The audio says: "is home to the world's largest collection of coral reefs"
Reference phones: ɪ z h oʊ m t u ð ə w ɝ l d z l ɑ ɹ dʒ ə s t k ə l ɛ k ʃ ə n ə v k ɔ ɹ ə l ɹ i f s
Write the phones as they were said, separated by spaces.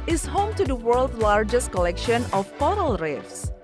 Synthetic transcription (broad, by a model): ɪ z h oʊ m t u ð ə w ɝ l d l ɑ ɹ dʒ ə s t k ə l ɛ k ʃ ə n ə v k ɔ ɹ ə l ɹ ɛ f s